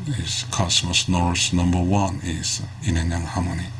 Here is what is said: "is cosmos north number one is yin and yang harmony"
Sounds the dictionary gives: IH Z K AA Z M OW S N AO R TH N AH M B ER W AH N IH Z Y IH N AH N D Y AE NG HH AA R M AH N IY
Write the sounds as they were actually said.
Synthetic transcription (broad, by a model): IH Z K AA S M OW S N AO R S N AH M B ER W AH N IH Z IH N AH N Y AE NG HH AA M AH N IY